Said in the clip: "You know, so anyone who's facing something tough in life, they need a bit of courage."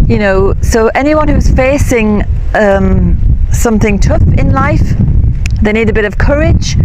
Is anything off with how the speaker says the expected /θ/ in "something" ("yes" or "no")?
no